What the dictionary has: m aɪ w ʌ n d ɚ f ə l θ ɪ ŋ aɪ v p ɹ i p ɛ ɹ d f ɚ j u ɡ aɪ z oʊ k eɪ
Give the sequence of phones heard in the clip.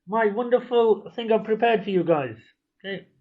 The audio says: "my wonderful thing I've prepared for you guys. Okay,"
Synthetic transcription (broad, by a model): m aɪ w ʌ n d ɚ f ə l θ ɪ ŋ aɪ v p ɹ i p ɛ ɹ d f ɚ j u ɡ aɪ z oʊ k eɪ